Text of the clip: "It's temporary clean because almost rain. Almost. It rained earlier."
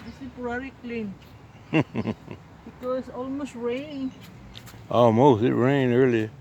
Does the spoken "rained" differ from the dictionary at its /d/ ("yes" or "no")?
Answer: yes